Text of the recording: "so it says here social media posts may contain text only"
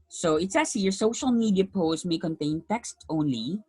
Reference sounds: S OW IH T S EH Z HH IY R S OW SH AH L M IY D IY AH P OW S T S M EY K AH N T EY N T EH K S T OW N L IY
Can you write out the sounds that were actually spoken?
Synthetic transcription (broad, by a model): S OW IH T S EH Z HH IY R S OW SH AH L M IY D IY AH P OW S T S M EY K AH N T EY N T EH K S T OW N L IY